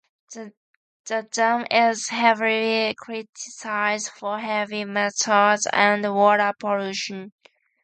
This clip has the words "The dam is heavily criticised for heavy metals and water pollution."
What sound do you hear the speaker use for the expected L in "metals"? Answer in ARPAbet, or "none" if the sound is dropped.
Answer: none